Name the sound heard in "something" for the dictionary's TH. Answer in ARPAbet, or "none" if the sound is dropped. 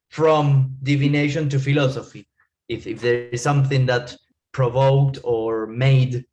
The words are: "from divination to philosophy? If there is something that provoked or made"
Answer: TH